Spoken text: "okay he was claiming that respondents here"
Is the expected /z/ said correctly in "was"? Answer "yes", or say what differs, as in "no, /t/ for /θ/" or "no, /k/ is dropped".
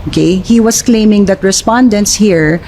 no, /s/ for /z/